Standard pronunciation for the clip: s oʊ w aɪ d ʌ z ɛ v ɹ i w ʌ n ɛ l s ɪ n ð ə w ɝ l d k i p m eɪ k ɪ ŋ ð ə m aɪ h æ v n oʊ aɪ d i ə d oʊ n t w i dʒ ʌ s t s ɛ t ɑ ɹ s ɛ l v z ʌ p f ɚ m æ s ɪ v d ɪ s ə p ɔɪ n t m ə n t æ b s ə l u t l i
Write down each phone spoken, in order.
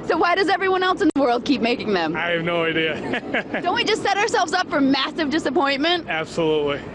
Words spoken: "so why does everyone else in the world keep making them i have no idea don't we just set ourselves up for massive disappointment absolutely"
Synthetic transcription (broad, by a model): s oʊ w aɪ d ʌ z ɛ v ɹ i w ʌ n ɛ l s ɪ n ð ə w ɝ l d k i p m eɪ k ɪ ŋ ð ə m aɪ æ v n oʊ aɪ d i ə d oʊ n t w i dʒ ʌ s t s ɛ t ɑ ɹ s ɛ l v z ʌ p f ɚ m æ s ɪ v d ɪ s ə p ɔɪ n m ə n t æ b s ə l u t l i